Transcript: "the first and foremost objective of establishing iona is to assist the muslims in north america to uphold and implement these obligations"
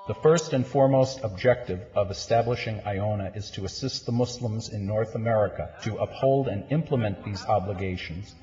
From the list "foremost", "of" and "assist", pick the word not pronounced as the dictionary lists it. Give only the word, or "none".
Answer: none